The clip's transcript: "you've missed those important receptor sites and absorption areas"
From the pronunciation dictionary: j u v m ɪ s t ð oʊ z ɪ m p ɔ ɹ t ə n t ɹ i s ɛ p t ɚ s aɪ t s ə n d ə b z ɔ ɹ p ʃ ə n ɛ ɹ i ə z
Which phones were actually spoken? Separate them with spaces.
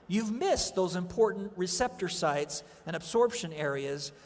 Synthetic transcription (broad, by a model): j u v m ɪ s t ð oʊ z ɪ m p ɔ ɹ t n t ɹ i s ɛ p t ɚ s aɪ t s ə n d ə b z ɔ ɹ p ʃ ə n ɛ ɹ i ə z